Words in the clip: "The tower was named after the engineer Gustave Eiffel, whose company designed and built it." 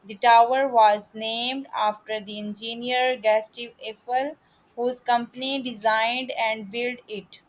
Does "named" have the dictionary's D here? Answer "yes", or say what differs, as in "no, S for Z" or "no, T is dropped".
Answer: yes